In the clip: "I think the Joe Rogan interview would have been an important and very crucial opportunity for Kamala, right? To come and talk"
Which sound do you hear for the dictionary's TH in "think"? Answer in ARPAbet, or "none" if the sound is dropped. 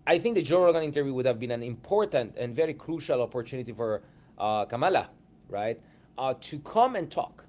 TH